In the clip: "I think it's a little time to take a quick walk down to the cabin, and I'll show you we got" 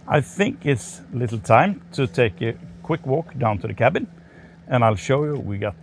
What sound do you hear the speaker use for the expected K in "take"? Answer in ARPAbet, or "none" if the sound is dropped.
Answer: K